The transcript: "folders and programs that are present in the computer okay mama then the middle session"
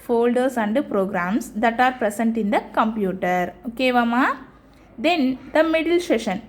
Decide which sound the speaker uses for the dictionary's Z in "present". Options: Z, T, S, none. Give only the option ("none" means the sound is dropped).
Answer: S